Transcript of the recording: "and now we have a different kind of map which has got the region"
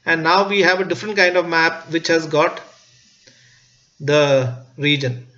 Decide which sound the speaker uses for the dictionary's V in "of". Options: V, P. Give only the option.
V